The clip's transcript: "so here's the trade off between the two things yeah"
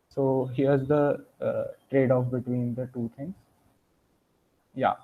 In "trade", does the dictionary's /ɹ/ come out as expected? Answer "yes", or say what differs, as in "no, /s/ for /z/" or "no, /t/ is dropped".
yes